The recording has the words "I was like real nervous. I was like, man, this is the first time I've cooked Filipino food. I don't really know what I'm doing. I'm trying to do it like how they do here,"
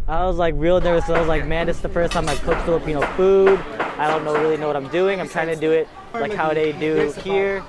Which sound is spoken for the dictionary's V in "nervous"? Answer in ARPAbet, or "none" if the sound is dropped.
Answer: W